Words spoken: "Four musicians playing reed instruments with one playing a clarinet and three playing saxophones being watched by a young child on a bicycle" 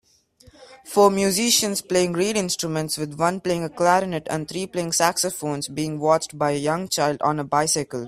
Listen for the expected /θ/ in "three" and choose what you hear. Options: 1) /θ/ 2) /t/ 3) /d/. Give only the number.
2